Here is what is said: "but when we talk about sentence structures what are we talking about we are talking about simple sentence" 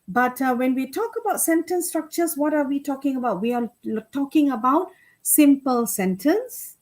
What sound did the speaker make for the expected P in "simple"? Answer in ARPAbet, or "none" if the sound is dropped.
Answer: P